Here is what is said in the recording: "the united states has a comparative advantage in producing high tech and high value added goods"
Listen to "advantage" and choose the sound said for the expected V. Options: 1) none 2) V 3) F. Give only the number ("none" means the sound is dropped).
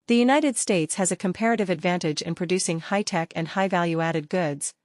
2